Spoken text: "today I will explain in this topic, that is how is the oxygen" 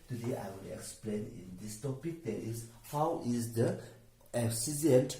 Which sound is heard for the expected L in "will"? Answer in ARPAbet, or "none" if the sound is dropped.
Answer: N